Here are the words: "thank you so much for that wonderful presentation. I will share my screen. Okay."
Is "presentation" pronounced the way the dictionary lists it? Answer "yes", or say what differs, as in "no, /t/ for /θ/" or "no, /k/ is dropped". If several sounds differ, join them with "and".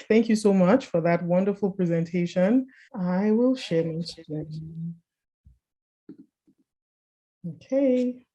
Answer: yes